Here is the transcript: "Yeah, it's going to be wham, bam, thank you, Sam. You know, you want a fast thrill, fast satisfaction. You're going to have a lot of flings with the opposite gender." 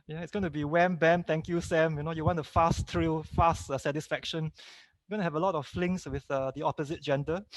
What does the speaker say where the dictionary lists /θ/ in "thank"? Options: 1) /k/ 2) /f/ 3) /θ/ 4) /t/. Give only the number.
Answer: 4